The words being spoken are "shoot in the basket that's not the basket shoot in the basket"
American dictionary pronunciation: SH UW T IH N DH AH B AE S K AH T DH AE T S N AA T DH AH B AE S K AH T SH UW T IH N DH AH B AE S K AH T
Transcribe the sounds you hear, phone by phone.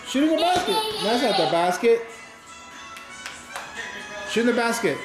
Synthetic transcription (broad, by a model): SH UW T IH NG DH AH B AE S K AH T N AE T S L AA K DH AH B AE S K AH T SH UW T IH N DH AH B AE S K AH T